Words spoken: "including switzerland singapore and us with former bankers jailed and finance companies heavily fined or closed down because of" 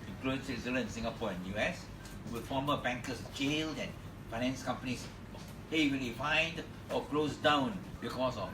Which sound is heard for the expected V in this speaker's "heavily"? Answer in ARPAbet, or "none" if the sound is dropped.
W